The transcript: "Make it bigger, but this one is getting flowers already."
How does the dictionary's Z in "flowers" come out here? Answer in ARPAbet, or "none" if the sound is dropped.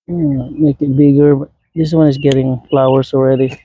S